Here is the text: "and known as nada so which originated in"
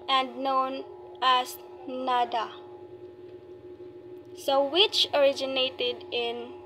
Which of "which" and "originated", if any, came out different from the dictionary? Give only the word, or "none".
none